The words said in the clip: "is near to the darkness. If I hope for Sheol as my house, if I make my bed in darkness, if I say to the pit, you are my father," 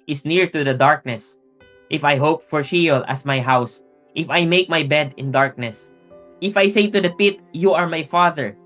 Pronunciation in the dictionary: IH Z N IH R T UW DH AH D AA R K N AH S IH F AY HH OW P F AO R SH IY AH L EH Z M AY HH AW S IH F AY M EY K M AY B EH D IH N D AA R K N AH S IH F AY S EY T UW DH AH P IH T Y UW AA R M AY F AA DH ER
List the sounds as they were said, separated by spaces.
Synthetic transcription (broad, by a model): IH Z N IH R T UW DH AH D AA R K N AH S IH F AY HH OW P F AO R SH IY L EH S M AY HH AW S IH F AY M EY K M AY B EH D IH N D AA R K N AH S IH F AY S EY T UW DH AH P IH T Y UW AA R M AY F AA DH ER